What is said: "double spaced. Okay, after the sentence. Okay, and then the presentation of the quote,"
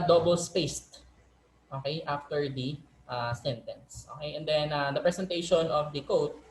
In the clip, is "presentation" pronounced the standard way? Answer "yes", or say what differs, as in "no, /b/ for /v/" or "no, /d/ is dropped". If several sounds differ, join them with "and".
no, /s/ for /z/